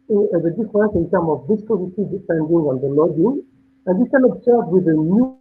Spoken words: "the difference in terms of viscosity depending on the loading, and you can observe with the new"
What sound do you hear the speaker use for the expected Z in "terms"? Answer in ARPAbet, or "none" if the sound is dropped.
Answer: none